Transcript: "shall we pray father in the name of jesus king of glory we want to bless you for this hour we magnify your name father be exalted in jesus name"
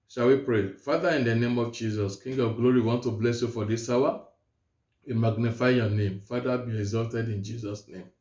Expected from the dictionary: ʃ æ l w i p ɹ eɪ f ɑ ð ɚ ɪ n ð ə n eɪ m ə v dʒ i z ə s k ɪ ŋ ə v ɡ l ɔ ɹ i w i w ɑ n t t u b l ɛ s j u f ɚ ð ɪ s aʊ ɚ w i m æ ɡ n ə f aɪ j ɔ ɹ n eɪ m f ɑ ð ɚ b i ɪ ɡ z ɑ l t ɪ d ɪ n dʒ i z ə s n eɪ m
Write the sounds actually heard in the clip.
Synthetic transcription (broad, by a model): ʃ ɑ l w i p ɹ eɪ f ɑ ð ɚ ɪ n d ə n eɪ m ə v dʒ i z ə s k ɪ ŋ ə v ɡ l ɔ ɹ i i w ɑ n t t u b l ɛ s j u f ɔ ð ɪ s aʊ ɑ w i m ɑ ɡ n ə f aɪ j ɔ n eɪ m f ɑ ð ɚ b i ɪ ɡ z ɑ l t ɪ d ɪ n dʒ i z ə s n eɪ m